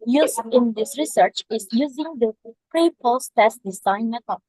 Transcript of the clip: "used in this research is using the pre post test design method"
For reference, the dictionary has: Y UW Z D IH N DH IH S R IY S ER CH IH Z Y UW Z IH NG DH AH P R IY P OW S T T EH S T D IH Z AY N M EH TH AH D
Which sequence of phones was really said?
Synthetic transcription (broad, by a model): Y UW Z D IH N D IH S R IY S ER CH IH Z Y UW Z IH NG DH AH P R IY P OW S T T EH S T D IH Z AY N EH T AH